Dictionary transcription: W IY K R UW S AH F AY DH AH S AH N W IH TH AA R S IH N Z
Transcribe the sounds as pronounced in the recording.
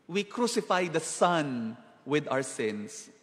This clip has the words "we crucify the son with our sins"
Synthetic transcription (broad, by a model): W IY K R UW S AH F AY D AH S AH N W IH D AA W S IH N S